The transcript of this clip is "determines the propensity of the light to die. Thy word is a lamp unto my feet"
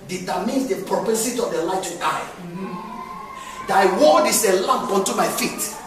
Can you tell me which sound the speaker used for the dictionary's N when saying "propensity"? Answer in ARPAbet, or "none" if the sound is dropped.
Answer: none